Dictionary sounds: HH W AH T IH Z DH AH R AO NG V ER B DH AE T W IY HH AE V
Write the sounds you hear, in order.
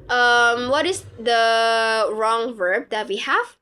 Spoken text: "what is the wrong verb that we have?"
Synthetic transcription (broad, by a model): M W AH T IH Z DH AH R AO NG V ER B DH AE T W IY HH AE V